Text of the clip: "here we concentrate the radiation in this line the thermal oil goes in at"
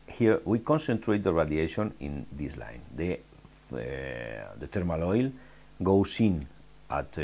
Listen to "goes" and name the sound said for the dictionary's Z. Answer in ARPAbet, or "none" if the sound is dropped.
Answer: S